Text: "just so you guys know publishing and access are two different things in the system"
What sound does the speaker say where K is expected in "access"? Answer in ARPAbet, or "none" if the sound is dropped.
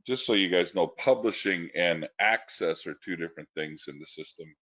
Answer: K